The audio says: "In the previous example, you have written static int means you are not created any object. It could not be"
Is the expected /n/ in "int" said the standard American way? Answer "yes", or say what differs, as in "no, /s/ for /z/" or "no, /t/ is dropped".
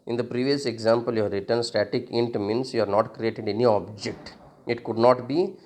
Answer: yes